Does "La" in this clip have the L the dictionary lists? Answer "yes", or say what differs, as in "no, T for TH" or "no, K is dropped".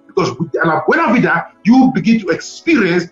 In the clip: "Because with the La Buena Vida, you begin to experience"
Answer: no, N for L